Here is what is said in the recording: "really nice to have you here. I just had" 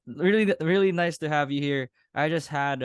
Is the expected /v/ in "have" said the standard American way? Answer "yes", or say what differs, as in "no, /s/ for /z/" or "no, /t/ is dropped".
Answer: yes